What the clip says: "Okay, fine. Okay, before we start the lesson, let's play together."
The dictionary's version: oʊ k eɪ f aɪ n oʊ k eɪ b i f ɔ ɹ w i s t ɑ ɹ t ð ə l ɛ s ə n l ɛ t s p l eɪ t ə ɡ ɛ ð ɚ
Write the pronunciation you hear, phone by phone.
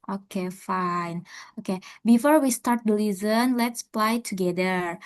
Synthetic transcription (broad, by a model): oʊ k eɪ f aɪ n oʊ k eɪ b i f ɔ ɹ w i s t ɑ ɹ t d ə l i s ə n l ɛ t s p l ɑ t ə ɡ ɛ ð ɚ